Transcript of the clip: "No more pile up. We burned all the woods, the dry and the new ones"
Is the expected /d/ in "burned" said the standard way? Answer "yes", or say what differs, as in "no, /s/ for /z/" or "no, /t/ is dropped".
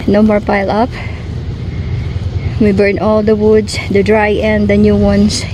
no, /d/ is dropped